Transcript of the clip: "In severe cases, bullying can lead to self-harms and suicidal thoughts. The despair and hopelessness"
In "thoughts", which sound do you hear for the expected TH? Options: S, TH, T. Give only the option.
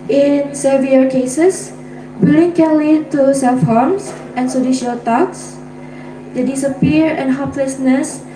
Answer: T